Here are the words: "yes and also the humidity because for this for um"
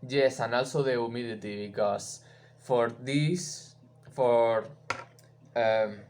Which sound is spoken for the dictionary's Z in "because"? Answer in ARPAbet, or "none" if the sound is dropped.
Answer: S